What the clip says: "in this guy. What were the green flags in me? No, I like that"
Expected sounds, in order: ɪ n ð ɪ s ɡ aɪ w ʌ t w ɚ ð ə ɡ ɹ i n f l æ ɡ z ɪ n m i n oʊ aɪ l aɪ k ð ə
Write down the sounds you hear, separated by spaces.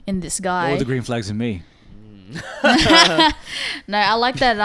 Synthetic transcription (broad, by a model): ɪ n ð ɪ s ɡ aɪ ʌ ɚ ð ə ɡ ɹ i n f l æ ɡ z ɪ n m i n oʊ aɪ l aɪ k ð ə